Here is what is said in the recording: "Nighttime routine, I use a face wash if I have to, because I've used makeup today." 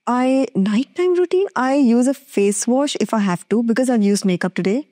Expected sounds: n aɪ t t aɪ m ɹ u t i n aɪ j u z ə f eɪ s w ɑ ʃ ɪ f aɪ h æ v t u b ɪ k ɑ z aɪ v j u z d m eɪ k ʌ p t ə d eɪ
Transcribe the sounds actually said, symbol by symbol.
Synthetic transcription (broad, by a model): n aɪ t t aɪ m ɹ u t i n aɪ j u z ə f eɪ s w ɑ ʃ ɪ f aɪ h æ v t u b ɪ k ɑ z aɪ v j u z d m eɪ k ʌ p t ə d eɪ